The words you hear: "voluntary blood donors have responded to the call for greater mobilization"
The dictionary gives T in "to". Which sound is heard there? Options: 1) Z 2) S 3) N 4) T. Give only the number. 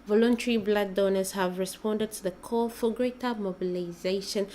4